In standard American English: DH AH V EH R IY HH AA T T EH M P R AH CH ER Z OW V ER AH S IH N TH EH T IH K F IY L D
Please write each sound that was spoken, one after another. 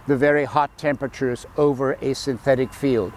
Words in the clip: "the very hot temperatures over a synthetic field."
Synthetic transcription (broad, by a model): DH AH V EH R IY HH AA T T EH M P R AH CH ER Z OW V ER AH S IH N TH EH T IH K F IY L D